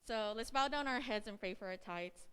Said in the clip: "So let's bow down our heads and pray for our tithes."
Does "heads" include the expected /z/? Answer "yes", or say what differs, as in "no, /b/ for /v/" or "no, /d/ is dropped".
yes